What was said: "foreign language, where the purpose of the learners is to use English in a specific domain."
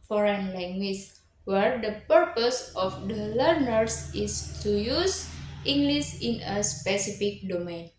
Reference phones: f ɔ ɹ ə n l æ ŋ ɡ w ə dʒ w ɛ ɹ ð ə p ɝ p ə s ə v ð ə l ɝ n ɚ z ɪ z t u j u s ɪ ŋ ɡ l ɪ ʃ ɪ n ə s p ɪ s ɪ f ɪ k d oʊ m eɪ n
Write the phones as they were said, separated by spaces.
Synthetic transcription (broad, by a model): f ɔ ɹ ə n l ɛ ŋ ɡ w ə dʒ w ɛ ɹ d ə p ɝ p ə s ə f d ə l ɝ n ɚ s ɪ s t u j u s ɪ ŋ ɡ l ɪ s ɪ n ə s p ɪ s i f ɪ k d oʊ m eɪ n